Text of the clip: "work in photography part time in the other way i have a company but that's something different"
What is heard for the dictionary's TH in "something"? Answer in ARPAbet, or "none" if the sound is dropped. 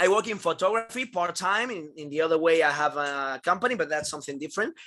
TH